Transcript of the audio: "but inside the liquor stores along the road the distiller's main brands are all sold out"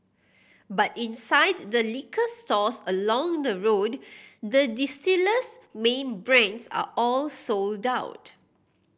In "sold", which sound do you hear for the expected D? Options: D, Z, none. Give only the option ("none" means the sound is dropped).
D